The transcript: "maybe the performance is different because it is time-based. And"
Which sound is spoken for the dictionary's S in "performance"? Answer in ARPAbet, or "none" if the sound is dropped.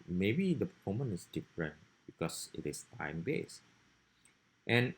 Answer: none